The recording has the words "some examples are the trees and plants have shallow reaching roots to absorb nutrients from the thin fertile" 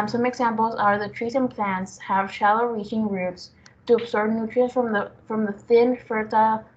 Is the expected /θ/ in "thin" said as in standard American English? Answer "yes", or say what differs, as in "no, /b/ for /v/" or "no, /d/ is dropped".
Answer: yes